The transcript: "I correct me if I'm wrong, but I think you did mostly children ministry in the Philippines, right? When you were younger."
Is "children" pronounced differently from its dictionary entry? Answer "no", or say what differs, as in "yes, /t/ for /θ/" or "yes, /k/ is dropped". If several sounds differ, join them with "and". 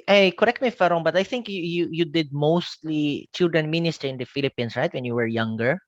no